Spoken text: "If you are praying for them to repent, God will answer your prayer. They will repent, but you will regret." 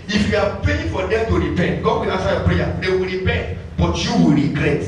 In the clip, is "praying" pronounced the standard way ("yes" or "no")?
no